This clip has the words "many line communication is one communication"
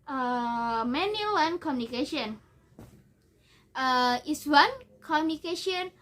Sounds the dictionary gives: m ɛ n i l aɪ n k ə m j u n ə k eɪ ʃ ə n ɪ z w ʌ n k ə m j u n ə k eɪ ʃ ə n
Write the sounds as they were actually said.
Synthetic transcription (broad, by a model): m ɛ n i w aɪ n k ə m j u n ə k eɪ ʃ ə n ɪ s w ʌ n k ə m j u n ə k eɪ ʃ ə n